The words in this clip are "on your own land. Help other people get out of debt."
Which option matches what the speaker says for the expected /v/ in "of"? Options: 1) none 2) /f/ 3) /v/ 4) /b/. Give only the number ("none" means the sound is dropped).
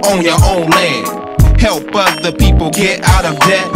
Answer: 3